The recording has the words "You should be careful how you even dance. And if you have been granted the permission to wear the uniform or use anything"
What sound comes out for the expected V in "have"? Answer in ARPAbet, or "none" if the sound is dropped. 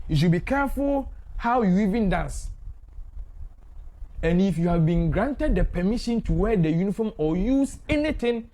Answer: V